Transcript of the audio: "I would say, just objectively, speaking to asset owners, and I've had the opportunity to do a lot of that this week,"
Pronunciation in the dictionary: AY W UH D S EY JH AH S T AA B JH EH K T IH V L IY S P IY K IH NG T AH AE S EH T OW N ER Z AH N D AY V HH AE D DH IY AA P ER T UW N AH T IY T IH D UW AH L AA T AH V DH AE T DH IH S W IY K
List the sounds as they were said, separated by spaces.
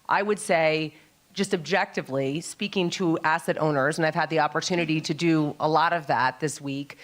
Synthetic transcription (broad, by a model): AY W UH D S EY JH AH S T AA B JH EH K T IH V L IY S P IY K IH NG T AH AE S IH T OW N ER Z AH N AY V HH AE D DH IY AA P ER T UW N AH T IY T IH D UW AH L AA T AH V DH AE T DH IH S W IY K